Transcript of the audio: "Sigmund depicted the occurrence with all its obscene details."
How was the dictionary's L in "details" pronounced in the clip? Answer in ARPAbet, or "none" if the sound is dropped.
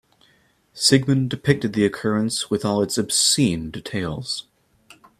L